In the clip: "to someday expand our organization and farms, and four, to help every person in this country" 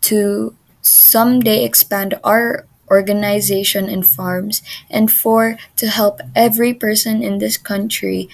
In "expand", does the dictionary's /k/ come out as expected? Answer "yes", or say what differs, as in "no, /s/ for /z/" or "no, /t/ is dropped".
yes